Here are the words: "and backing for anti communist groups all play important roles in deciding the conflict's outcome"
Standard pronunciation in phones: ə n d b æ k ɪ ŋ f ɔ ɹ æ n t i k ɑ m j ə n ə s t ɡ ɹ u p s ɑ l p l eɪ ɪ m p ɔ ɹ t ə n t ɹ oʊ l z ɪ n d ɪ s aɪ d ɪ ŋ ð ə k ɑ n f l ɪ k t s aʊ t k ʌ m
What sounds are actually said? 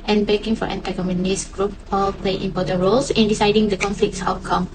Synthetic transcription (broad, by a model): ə n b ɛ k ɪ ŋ f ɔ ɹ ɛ n t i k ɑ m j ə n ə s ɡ ɹ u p ɑ l p l eɪ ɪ m p ɔ t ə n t ɹ oʊ l s ɪ n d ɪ s aɪ d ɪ ŋ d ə k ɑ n f l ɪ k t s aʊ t k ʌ m